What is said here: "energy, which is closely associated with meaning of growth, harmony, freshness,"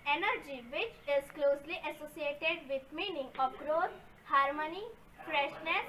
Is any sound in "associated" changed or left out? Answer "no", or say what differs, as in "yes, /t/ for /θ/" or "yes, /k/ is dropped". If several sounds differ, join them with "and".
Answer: no